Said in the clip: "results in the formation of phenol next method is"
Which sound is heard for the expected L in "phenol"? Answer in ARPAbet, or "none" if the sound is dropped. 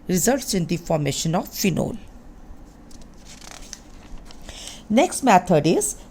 L